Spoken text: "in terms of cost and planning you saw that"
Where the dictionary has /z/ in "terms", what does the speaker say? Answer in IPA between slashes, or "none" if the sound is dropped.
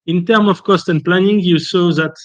none